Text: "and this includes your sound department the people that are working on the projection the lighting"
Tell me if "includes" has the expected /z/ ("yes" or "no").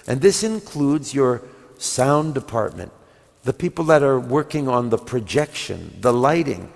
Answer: yes